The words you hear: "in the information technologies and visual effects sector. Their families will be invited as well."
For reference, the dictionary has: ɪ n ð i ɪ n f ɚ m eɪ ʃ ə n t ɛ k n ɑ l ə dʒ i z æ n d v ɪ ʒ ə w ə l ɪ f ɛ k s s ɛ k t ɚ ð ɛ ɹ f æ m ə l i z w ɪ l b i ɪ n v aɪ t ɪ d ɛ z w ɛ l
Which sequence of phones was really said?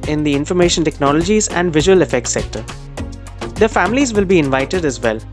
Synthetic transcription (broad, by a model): ɪ n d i ɪ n f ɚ m eɪ ʃ ə n t ɛ k n ɑ l ə dʒ i z æ n d v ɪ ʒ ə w ə l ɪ f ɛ k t s ɛ k t ɚ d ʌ f æ m ə l i z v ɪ l b i ɪ n v aɪ t ɪ d ɛ z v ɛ l